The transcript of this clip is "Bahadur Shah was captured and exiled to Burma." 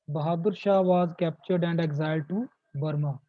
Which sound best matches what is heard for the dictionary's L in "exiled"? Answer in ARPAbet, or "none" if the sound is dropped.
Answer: none